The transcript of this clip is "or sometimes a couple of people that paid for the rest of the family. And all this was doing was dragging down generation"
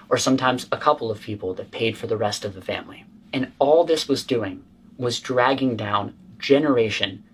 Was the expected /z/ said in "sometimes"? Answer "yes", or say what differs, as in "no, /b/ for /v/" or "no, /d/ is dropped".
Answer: yes